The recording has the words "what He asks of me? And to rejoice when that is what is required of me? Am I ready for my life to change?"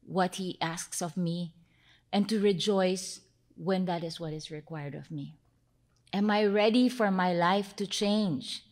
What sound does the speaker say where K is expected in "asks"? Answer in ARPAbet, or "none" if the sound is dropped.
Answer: K